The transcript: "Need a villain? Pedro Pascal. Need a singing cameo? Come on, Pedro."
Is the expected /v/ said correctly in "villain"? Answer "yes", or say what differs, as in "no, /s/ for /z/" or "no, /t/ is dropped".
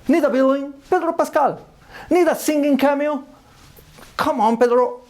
no, /b/ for /v/